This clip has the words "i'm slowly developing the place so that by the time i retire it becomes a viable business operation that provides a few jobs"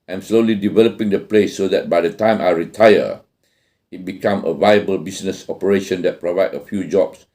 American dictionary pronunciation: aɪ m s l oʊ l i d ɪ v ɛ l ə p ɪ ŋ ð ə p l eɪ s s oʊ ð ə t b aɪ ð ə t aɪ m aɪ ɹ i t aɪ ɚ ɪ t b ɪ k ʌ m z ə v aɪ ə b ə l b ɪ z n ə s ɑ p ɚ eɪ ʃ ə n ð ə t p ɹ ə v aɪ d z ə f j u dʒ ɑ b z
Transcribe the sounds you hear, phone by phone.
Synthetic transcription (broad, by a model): aɪ m s l oʊ l i d ɪ v ɛ l ə p ɪ ŋ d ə p l eɪ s s oʊ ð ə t b aɪ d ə t aɪ m aɪ ɹ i t aɪ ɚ ɪ t b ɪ k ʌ m ə v aɪ ə b ə l b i s n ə s ɑ p ɚ eɪ ʃ ə n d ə t p ɹ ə v aɪ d ə f j u dʒ ɑ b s